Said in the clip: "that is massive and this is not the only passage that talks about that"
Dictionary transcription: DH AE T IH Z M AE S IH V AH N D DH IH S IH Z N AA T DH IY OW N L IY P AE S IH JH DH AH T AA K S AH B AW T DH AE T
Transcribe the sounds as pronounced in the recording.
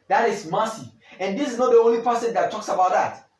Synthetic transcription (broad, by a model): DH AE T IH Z M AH S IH AH N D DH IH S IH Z N AA T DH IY OW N L IY P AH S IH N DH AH T AA K S AH B AW T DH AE T